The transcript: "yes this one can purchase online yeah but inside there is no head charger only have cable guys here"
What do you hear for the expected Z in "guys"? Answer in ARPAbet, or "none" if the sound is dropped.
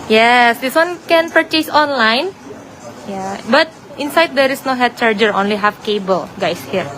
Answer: S